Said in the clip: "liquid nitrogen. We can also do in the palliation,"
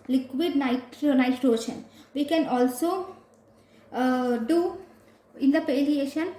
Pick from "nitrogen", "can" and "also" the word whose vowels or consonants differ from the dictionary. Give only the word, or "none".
nitrogen